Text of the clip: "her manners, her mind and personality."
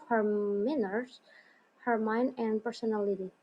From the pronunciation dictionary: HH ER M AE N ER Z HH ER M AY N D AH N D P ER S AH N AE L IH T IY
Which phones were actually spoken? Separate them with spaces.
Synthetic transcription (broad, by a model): HH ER M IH N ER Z HH ER M AY N D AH N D P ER S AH N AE L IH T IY